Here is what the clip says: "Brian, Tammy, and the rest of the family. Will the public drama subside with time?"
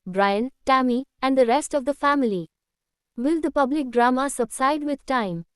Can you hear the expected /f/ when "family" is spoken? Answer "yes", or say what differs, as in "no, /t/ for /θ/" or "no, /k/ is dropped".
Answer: yes